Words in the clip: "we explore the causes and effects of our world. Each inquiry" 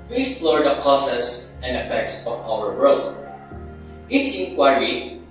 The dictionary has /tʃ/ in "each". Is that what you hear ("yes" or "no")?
no